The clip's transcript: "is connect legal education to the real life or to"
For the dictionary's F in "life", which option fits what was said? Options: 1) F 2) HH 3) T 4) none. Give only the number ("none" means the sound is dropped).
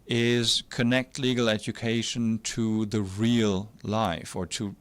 1